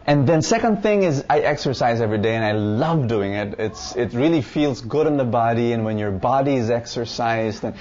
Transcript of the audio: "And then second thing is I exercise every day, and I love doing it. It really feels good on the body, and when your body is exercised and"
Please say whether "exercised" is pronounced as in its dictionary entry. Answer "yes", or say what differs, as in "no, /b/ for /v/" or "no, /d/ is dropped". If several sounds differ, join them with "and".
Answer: yes